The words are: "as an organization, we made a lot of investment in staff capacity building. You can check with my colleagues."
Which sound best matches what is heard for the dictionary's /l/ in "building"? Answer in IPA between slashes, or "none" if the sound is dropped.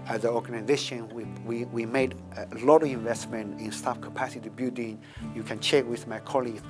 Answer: none